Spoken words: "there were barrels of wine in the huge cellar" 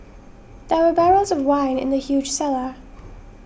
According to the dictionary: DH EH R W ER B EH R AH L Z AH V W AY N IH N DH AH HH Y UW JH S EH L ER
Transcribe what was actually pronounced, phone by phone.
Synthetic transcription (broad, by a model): DH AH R W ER B EH R AH L Z AH V W AY N IH N DH AH HH Y UW JH S EH L ER